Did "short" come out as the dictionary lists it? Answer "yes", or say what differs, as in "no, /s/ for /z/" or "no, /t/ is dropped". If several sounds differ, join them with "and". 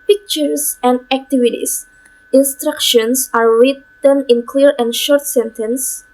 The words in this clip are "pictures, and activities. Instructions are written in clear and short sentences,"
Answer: yes